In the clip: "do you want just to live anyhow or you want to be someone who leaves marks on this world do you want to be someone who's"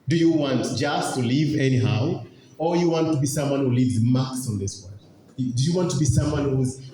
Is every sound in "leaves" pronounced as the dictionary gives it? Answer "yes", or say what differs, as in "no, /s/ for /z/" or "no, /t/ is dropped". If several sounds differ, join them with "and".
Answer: yes